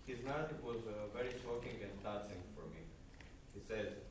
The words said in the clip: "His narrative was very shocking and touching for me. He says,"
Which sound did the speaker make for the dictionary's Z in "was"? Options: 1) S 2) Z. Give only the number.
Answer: 2